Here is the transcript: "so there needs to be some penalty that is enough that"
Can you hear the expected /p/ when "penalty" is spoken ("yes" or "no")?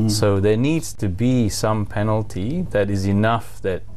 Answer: yes